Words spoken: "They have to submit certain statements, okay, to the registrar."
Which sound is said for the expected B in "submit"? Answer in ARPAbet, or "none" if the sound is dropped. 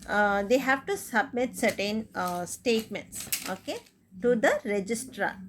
B